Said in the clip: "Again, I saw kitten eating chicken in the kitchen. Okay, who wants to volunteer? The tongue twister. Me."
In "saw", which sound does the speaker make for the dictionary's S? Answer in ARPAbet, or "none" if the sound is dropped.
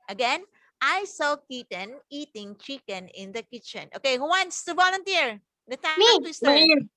S